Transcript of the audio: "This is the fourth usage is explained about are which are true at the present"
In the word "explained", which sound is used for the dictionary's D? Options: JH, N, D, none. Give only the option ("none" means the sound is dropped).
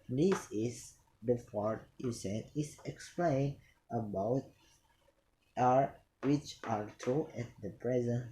none